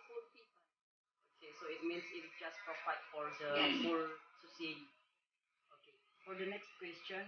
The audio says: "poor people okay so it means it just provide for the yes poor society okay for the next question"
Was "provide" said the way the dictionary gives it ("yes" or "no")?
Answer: no